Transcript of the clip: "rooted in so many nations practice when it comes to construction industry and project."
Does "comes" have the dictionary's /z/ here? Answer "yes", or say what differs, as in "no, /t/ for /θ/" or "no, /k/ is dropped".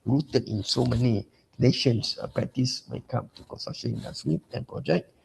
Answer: no, /z/ is dropped